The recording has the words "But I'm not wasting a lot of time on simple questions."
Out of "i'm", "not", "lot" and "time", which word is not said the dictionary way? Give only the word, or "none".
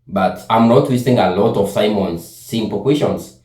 time